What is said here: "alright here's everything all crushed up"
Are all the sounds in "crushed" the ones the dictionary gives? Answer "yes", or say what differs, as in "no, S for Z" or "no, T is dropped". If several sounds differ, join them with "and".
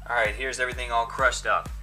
yes